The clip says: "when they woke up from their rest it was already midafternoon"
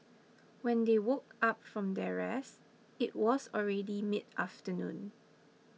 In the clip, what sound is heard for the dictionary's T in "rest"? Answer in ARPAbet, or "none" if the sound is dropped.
none